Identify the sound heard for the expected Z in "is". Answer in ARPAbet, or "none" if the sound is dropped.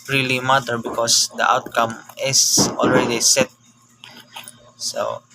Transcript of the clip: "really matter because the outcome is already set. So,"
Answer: S